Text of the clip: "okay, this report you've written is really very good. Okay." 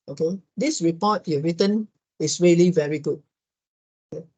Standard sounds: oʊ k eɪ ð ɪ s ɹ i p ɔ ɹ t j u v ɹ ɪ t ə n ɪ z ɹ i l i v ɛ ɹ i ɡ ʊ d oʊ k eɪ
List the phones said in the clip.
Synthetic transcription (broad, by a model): oʊ k eɪ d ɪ s ɹ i p ɔ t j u ɹ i t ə n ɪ s ɹ i l i v ɛ ɹ i ɡ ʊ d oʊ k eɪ